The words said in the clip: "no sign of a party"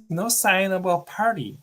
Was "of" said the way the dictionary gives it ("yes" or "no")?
no